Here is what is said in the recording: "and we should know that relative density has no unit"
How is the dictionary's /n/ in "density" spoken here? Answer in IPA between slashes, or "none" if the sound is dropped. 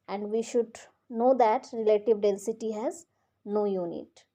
/l/